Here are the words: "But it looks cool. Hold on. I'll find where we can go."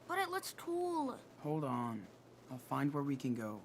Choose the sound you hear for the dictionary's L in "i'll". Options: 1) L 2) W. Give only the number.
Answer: 1